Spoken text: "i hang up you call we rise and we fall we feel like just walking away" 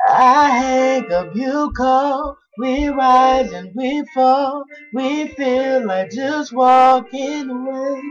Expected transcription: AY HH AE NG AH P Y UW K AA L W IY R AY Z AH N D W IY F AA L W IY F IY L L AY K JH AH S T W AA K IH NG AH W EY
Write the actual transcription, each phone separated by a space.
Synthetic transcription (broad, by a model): AY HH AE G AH B Y UW K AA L W IY R AY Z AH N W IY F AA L W IY F IY L L AY K JH AH S T W AA K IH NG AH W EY